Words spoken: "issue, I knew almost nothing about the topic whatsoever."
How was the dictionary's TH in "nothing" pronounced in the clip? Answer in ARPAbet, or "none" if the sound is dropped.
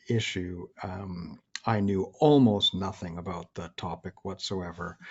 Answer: TH